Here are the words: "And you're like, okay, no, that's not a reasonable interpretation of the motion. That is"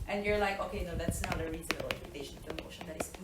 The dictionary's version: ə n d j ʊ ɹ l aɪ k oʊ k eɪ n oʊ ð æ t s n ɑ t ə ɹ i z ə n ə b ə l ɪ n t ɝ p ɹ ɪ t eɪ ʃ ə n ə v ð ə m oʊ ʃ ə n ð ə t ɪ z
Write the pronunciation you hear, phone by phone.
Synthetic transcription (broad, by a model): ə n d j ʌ ɹ l aɪ k oʊ k eɪ n oʊ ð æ t s n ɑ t ə ɹ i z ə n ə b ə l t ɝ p ɪ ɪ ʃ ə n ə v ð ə m oʊ ʃ ə n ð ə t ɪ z